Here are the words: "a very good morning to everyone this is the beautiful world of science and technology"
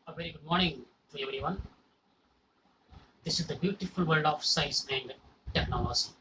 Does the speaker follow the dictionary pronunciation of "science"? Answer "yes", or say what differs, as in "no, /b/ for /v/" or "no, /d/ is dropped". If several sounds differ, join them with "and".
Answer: no, /n/ is dropped